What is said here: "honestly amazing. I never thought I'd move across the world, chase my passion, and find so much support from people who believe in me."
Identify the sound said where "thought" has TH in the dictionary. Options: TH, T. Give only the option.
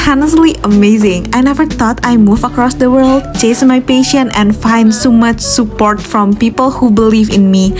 T